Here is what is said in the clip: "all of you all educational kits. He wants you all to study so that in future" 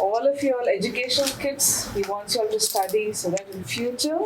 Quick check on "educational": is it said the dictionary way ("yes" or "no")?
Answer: no